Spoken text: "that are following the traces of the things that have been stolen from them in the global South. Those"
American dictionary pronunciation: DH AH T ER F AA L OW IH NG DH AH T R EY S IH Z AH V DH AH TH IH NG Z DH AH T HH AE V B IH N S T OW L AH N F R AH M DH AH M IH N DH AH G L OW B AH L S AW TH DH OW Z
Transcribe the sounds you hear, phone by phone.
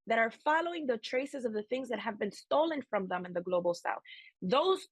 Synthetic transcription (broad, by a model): DH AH T ER F AA L OW IH NG DH AH T R EY S IH Z AH V DH AH TH IH NG Z DH AH T HH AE V B IH N S T OW L AH N F R AH M DH AH M IH N DH AH G L OW B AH L S AW TH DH OW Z